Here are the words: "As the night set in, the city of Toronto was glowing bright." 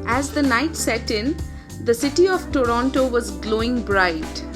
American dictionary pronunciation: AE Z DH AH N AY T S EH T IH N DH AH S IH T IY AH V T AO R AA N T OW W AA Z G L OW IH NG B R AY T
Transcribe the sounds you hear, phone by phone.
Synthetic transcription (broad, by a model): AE Z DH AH N AY T S EH T IH N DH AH S IH T IY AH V T AO R AA N T OW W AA Z G L OW IH NG B R AY T